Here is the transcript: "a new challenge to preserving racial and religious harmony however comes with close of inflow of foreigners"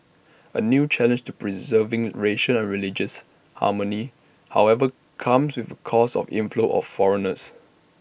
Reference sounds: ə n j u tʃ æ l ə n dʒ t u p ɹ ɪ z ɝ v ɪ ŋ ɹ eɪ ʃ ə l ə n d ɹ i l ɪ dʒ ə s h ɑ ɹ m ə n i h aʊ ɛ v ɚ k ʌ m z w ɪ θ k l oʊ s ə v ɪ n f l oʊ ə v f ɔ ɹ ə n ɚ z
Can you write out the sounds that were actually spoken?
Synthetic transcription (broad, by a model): ə n j u tʃ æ l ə n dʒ t u p ɹ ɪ z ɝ v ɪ ŋ ɹ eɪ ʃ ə n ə n ɹ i l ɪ dʒ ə s h ɑ m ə n i h aʊ ɛ v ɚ k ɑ m s w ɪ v k oʊ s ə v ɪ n f l oʊ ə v f ɔ ɹ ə n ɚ s